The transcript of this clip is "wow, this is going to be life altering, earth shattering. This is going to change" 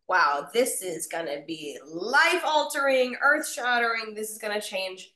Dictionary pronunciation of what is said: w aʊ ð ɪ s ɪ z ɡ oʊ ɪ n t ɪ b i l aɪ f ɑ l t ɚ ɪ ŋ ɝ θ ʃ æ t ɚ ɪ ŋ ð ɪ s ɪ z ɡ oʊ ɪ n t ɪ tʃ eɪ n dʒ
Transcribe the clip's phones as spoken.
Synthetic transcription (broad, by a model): w aʊ ð ɪ s ɪ z ɡ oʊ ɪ n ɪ b i l aɪ f ɑ l t ɚ ɪ ŋ ɝ θ ʃ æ t ɚ ɪ ŋ ð ɪ s ɪ z ɡ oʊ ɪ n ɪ tʃ eɪ n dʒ